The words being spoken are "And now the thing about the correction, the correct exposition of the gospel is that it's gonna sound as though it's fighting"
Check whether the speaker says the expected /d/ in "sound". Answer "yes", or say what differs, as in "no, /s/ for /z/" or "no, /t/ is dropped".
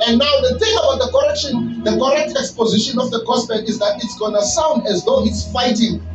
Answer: yes